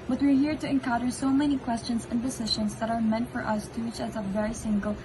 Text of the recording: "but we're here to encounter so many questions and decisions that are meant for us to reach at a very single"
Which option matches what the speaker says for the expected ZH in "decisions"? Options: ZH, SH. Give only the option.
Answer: SH